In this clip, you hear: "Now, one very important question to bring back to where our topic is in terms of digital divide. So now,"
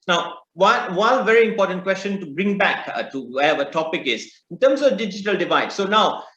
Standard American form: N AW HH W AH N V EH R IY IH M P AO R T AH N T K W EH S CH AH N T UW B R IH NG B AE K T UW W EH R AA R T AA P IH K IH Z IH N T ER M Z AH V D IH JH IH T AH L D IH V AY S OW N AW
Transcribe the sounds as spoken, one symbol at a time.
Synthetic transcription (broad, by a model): N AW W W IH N V EH R IY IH M P AO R T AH N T K W EH S CH AH N T UW B R IH NG B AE K T UW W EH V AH T AA P IH K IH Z IH N T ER M S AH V D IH JH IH T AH L D IH V AY S OW N AW